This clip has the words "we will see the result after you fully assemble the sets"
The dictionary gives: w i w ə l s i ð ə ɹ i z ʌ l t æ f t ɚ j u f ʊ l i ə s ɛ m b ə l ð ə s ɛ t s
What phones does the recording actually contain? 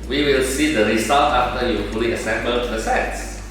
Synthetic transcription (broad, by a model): w i w ə l s i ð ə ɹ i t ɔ t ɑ f t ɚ j u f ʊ l i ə s ɛ m b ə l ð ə s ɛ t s